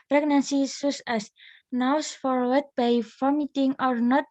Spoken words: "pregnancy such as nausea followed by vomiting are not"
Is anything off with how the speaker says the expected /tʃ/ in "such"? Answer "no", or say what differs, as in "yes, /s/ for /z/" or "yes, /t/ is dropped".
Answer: yes, /s/ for /tʃ/